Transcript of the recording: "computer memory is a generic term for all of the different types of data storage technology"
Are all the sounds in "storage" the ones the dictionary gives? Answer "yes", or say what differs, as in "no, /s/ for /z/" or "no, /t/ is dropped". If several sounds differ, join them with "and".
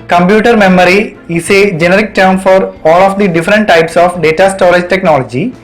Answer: no, /l/ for /ɹ/